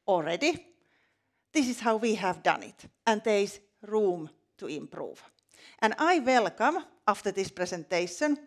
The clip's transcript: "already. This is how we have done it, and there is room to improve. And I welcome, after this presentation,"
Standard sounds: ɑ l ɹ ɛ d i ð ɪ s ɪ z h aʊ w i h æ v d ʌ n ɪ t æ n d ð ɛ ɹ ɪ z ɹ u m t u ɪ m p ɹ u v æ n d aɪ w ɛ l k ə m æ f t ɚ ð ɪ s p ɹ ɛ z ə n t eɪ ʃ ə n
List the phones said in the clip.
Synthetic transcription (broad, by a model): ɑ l ɹ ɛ d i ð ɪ s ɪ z h aʊ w i h æ v d ʌ n ɪ t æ n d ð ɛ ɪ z ɹ u m t u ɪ m p ɹ u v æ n aɪ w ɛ l k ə m æ f t ɚ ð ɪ s p ɹ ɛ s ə n t eɪ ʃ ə n